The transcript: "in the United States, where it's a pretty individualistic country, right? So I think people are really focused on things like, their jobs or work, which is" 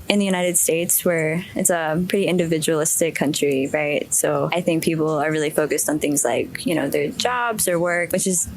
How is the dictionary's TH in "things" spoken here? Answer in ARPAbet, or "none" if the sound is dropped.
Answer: TH